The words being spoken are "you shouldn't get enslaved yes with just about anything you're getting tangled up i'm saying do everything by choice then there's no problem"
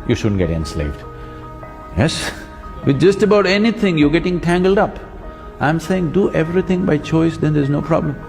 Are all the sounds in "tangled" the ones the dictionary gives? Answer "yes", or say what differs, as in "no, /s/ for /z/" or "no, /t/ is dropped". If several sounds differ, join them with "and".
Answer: yes